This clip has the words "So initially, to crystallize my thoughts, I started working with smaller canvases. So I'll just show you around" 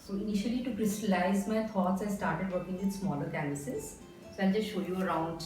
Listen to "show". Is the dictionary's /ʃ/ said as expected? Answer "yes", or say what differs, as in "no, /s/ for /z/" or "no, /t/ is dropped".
yes